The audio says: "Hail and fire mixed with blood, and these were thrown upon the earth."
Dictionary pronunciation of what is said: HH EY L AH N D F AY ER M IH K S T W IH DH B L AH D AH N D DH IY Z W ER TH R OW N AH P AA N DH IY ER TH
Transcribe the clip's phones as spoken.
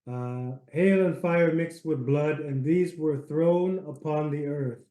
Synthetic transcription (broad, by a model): HH EY L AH N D F AY ER M IH K S T W IH DH B L AH D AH N DH IY Z W ER TH R OW N AH P AA N DH IY ER TH